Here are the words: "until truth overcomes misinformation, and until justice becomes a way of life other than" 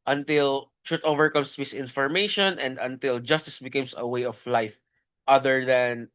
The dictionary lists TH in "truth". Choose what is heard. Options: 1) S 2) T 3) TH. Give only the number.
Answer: 2